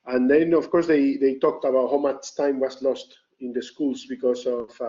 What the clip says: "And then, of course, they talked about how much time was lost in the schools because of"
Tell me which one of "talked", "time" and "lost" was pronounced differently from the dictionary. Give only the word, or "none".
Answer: none